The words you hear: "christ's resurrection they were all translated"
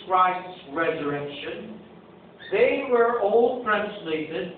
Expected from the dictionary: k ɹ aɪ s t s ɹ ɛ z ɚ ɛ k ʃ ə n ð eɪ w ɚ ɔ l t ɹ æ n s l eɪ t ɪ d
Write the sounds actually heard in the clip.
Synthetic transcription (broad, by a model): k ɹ aɪ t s ɹ ɛ z ɚ ɛ k ʃ ə n ð eɪ w ɚ ɔ l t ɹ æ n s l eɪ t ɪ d